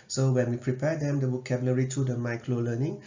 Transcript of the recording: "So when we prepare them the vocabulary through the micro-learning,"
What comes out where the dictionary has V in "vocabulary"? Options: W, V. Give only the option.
W